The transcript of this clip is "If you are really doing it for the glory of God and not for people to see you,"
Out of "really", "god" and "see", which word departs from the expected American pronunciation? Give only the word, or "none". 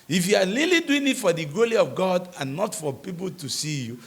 really